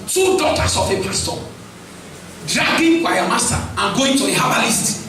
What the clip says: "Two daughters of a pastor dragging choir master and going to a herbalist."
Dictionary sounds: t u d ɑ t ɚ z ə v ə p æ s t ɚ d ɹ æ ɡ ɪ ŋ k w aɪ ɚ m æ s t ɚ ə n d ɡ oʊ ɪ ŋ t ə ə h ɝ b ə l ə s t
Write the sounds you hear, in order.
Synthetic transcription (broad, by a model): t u d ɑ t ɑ s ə f ə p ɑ s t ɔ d ɹ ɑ ɡ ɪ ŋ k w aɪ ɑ m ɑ s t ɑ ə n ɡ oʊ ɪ t ə ə h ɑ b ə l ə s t